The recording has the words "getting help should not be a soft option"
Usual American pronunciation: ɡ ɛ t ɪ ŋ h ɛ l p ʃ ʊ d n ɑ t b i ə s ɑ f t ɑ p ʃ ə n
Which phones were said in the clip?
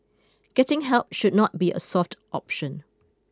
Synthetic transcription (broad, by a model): ɡ ɛ t ɪ ŋ h ɛ l p ʃ ʊ d n ɑ t b i ə s ɑ f t ɑ p ʃ ə n